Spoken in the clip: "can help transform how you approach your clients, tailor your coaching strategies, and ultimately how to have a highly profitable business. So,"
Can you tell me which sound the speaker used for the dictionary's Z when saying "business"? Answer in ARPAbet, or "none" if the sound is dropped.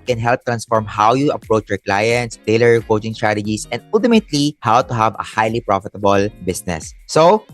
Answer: S